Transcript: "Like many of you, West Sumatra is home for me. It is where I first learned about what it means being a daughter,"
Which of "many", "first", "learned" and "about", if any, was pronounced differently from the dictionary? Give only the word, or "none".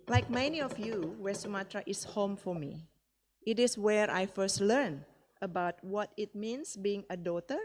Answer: learned